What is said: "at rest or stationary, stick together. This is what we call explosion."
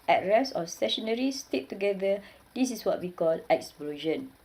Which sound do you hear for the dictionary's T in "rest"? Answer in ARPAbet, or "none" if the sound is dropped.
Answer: none